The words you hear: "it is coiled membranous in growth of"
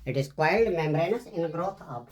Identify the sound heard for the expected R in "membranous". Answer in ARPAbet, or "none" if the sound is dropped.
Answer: R